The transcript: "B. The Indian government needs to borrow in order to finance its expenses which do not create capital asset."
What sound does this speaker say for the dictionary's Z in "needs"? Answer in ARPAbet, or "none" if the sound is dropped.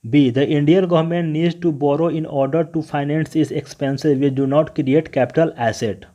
none